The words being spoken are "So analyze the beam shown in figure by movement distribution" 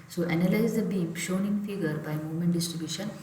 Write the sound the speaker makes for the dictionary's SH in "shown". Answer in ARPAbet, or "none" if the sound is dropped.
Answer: SH